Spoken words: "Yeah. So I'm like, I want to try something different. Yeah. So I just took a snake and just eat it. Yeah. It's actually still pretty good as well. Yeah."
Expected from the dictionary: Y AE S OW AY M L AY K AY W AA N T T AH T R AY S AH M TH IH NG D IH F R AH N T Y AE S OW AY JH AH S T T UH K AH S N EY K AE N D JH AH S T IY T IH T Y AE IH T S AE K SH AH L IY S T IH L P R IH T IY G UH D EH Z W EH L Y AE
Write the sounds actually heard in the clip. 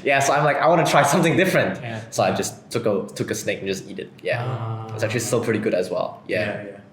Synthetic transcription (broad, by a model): Y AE S OW AY M L AY K AY W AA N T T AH T R AY S AH M TH IH NG D IH F R AH N T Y S OW AY JH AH S T T UH K AH S N EY K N JH AH S T IY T IH T Y AE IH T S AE K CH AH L IY S T IH L P R IH T IY G UH D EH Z W EH L Y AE